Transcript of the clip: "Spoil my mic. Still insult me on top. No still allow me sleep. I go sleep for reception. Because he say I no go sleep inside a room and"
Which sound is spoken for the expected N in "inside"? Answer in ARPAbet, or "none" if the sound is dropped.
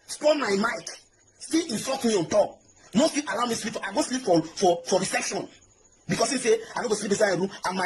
none